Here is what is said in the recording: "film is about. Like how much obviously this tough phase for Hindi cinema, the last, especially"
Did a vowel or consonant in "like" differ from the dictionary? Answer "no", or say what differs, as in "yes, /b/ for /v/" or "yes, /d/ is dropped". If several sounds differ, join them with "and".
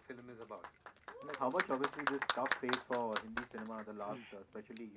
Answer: yes, /n/ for /l/